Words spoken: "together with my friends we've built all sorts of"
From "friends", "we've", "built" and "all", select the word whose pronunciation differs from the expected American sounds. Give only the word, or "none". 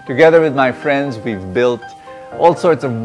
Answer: none